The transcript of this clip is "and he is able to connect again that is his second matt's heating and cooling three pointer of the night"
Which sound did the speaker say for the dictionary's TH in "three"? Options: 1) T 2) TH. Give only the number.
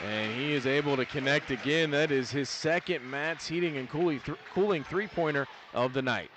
2